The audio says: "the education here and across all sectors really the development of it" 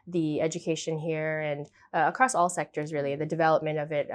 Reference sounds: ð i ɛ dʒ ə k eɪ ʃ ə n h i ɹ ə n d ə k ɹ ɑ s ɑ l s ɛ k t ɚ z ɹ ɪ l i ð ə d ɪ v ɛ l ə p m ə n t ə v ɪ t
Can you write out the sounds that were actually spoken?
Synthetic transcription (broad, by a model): ð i ɛ dʒ ə k eɪ ʃ ə n h i ɹ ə n ə k ɹ ɑ s ɑ l s ɛ k t ɚ z ɹ ɪ l i ð ə d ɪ v ɛ l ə p m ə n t ə v ɪ t